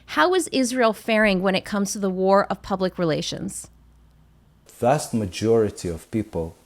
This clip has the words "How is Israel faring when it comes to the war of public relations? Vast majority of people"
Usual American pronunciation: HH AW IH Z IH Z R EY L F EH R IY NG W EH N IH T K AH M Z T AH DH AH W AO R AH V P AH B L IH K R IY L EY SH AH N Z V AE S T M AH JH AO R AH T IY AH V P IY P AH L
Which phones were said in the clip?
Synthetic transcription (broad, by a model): HH AW IH Z IH Z R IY L F EH R IY NG W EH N IH T K AH M Z T AH DH AH W AO R AH V P AH B L IH K R IY L EY SH AH N Z V AE S T M AH JH AO R AH T IY AH V P IY P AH L